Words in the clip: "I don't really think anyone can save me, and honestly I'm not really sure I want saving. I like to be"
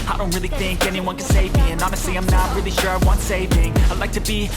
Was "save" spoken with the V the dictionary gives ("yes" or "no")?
yes